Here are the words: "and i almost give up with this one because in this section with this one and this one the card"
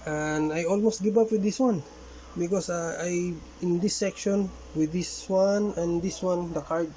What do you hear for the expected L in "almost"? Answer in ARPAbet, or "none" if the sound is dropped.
L